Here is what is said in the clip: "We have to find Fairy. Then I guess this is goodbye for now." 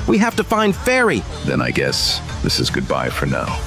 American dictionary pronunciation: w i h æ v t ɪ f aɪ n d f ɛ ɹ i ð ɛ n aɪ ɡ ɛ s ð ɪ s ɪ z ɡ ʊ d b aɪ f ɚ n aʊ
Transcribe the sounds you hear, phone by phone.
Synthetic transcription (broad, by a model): w i h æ f t ɪ f aɪ n d f ɛ ɹ i ð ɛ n aɪ ɡ ɛ s ð ɪ s ɪ z ɡ ʊ d b aɪ f ɚ n aʊ